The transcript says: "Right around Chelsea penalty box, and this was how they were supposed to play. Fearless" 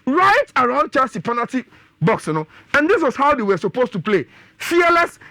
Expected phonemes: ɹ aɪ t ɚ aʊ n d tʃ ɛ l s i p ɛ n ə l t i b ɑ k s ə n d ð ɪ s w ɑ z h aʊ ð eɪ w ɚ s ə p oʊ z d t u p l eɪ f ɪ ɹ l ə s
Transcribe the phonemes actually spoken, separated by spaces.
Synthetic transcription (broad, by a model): ɹ aɪ t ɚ aʊ n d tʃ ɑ s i p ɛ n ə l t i b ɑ k s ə n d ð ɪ s w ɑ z h aʊ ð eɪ w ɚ s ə p oʊ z t u p l eɪ f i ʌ l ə s